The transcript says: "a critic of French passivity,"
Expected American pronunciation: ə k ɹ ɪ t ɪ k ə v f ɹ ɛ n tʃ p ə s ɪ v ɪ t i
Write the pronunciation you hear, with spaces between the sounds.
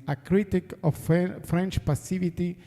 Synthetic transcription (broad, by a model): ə k ɹ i t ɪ k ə f f ɹ ɛ n tʃ p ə s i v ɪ t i